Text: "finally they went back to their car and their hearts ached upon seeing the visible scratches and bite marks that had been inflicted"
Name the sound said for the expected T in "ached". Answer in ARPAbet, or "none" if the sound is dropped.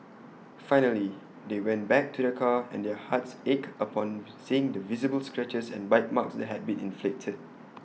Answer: none